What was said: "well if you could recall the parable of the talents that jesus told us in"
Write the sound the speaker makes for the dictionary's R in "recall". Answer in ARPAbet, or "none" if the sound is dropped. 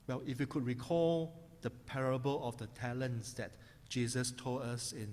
R